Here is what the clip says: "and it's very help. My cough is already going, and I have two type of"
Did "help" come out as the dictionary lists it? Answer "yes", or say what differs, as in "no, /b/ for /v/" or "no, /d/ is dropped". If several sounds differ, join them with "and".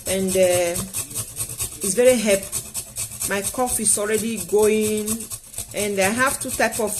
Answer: no, /l/ is dropped